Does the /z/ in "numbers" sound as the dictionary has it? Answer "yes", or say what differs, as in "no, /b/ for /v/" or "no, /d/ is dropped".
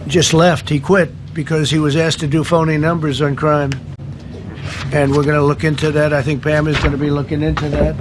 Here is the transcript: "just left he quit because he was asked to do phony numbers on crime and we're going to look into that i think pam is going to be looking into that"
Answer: yes